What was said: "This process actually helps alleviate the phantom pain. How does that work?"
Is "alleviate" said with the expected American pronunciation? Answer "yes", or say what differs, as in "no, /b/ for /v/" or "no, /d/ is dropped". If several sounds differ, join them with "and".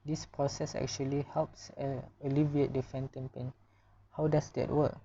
yes